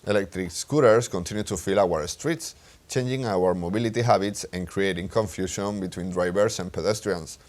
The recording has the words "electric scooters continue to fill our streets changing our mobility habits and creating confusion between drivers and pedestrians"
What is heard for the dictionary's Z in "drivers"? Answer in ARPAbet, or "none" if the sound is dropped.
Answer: S